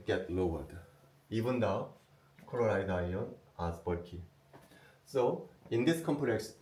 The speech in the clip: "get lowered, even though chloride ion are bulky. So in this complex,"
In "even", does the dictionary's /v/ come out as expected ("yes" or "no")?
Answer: no